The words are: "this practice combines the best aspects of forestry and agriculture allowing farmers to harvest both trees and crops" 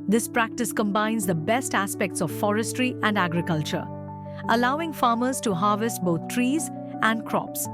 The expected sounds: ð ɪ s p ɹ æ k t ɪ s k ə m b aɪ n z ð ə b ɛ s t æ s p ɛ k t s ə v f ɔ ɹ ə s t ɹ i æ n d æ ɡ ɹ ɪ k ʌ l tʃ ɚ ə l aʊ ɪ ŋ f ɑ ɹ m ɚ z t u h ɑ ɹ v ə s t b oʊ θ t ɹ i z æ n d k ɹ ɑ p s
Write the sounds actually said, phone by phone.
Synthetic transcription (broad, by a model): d ɪ s p ɹ æ k t ɪ s k ə m b aɪ n z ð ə b ɛ s t æ s p ɛ k t s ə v f ɔ ɹ ə s t ɹ i æ n d æ ɡ ɹ ɪ k ʌ l tʃ ɚ ə l aʊ ɪ ŋ f ɑ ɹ m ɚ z t u h ɑ ɹ v ə s t b oʊ t t ɹ i z æ n d k ɹ ɑ p s